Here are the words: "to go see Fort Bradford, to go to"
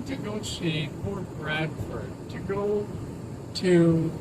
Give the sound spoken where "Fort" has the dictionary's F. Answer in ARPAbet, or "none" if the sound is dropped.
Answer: P